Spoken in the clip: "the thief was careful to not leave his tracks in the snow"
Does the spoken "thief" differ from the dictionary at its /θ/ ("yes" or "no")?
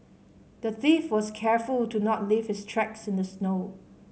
no